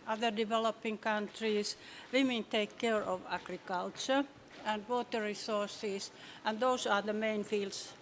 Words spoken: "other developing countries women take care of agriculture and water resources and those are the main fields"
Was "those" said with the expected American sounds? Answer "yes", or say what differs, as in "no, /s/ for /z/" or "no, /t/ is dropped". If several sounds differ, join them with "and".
no, /s/ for /z/